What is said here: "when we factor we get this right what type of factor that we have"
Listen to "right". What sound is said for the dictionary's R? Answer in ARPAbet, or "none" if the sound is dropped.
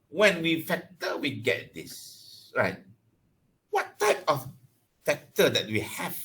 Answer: R